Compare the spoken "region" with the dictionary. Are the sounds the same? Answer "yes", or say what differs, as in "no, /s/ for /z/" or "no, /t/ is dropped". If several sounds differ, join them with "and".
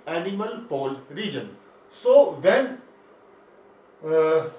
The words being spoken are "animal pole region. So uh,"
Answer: yes